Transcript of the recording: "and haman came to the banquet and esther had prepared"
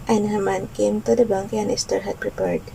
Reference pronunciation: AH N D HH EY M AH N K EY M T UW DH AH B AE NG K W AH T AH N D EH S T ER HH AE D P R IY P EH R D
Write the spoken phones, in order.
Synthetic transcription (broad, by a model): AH N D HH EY M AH N K EY M T UW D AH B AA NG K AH AH N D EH S T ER HH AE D P R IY P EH R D